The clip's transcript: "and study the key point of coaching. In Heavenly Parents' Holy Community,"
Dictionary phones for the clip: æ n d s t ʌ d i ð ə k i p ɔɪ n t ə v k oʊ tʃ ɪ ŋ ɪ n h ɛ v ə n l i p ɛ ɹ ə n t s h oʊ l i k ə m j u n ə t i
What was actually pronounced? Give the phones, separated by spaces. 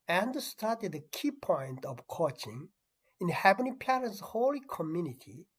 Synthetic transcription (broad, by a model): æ n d s t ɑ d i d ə k i p ɔɪ n t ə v k oʊ tʃ ɪ ŋ ɪ n h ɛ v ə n i p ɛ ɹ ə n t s h oʊ l i k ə m j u n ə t i